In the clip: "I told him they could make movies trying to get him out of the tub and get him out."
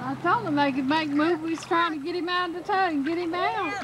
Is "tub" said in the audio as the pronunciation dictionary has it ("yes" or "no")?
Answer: no